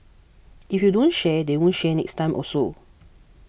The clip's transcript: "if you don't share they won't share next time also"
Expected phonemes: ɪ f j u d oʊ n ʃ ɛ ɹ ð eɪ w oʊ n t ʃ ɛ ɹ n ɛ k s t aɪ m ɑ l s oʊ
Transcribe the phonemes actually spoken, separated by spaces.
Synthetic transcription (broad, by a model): ɪ f j u d oʊ n ʃ ɛ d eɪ w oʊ n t ʃ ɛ n ɛ k s t aɪ m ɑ s oʊ